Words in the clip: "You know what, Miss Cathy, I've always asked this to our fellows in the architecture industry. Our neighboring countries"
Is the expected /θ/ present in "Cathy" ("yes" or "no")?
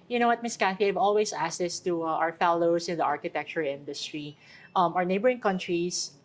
no